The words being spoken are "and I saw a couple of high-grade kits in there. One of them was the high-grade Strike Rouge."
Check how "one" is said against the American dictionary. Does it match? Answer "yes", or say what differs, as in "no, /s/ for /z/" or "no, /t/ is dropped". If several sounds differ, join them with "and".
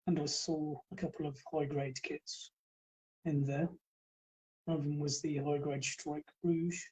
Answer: no, /n/ is dropped